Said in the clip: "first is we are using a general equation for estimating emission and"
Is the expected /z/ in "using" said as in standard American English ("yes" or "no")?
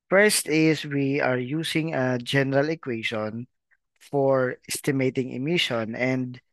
no